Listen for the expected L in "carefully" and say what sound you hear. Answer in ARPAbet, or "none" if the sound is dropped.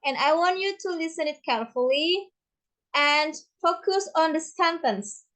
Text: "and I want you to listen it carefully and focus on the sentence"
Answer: L